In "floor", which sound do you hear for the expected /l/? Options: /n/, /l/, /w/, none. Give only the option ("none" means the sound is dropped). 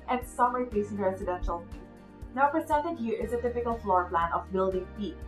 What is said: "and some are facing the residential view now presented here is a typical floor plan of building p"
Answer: /l/